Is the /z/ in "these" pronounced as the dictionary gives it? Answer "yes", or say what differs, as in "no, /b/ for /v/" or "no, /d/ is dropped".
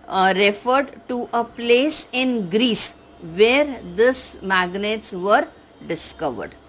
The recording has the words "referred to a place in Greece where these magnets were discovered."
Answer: no, /s/ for /z/